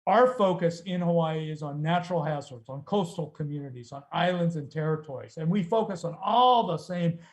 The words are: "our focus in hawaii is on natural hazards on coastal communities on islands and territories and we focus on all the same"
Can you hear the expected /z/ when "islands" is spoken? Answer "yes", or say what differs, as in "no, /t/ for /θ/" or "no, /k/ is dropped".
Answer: yes